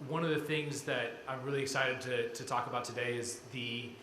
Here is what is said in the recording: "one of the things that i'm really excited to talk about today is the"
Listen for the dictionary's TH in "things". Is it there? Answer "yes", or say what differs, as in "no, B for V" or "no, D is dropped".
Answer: yes